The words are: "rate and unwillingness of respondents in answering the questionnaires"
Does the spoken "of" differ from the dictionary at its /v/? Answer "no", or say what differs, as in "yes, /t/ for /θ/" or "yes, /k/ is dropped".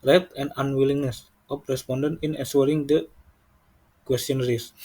yes, /p/ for /v/